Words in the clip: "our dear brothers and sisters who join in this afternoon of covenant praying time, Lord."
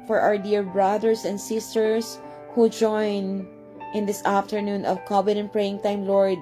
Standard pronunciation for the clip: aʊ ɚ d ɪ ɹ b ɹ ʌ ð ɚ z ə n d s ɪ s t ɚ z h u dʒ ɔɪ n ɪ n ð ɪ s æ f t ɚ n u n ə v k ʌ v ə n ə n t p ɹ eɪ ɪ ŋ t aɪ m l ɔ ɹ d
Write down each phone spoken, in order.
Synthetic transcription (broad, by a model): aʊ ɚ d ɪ ɹ b ɹ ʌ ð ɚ s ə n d s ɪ s t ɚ s h u dʒ ɔɪ n ɪ n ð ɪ s æ f t ɚ n u n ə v k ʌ b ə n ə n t p ɹ eɪ ɪ ŋ t aɪ m l ɔ ɹ d